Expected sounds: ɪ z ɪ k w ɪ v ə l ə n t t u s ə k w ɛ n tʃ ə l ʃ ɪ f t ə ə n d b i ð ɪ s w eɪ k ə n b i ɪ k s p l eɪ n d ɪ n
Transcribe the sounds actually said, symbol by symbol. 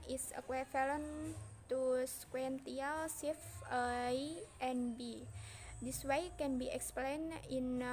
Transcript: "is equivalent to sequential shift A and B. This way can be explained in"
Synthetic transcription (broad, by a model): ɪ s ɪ k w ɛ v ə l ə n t t u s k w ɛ n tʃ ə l s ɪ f ə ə n b i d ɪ s w eɪ k ə n b i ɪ k s p l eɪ n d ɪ n